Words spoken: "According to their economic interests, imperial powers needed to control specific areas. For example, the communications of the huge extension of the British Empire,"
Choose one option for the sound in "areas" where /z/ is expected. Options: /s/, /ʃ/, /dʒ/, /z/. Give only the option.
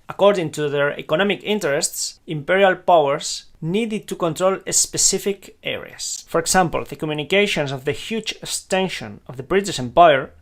/s/